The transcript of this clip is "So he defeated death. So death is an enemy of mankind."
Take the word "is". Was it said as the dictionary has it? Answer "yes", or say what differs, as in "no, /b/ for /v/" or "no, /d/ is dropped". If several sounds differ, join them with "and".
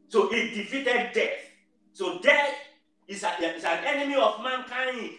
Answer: no, /s/ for /z/